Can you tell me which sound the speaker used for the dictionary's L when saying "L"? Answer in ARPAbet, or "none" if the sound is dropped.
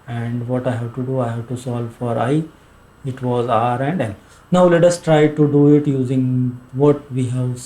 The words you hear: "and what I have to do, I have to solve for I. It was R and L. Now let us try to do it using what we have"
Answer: N